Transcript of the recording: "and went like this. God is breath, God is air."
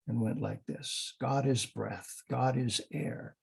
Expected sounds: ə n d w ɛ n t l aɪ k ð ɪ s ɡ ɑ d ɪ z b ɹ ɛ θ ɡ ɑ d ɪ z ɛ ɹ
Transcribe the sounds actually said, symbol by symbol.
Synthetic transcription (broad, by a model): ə n w ɛ n t l aɪ k ð ɪ s ɡ ɑ d ɪ z b ɹ ɛ θ ɡ ɑ d ɪ z ɛ ɹ